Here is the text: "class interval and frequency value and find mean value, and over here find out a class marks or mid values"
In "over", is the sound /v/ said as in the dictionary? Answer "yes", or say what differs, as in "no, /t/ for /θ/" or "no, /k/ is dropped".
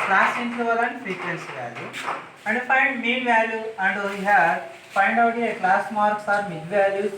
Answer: no, /v/ is dropped